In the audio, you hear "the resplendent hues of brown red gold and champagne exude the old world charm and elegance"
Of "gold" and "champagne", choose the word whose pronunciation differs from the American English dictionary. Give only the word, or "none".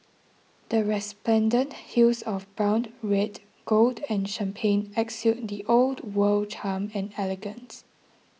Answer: none